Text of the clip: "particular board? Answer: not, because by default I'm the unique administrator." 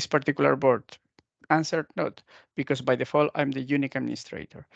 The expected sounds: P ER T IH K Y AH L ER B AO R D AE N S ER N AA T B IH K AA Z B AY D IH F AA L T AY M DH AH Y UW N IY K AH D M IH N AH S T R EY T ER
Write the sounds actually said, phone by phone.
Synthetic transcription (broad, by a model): P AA T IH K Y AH L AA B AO R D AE N S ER N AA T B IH K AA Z B AY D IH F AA L AY M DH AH Y UW N IY K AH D M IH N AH S T R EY T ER